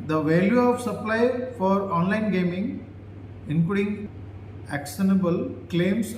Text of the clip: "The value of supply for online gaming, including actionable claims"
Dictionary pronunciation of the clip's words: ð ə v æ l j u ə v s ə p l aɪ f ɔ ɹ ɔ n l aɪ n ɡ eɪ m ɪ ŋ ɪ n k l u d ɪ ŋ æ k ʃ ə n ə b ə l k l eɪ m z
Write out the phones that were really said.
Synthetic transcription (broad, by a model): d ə v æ l j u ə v s ə p l aɪ f ɔ ɹ ɔ n l aɪ n ɡ eɪ m ɪ ŋ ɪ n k u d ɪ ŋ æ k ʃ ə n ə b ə l k l eɪ m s